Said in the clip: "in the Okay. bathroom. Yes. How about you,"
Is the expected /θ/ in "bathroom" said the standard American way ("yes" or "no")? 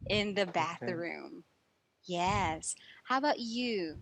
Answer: yes